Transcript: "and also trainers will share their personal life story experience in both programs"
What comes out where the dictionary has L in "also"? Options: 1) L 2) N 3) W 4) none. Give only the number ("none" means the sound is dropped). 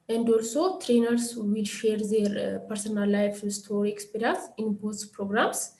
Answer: 1